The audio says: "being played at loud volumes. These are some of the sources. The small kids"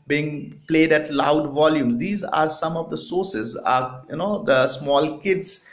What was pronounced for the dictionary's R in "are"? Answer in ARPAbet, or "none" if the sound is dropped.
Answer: R